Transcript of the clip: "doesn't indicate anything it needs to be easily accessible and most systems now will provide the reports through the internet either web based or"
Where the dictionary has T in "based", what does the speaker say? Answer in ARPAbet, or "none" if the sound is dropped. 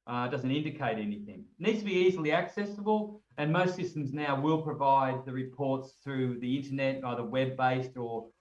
T